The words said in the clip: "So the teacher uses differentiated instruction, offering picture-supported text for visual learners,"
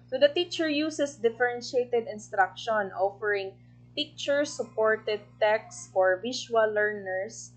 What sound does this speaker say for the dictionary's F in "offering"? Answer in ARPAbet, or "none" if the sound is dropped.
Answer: F